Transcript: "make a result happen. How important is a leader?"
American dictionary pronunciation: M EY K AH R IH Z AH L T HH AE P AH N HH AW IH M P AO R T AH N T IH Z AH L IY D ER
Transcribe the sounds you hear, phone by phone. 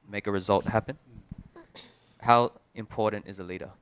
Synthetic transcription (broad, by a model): M EY K AH R IH Z AH L T HH AE P AH N HH AW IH M P AO R T N T IH Z AH L IY D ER